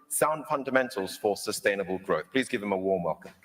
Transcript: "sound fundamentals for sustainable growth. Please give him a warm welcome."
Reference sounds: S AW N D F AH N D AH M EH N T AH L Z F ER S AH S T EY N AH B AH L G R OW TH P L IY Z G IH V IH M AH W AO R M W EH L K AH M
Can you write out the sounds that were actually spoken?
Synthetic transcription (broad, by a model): S AW N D F AH N D AH M EH N T AH L Z F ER S AH S T EY N AH B AH L G R OW TH P L IY Z G IH V IH M AH W AO M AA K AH